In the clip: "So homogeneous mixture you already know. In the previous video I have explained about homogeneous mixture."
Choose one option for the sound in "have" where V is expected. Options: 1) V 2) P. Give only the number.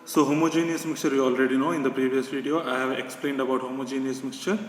1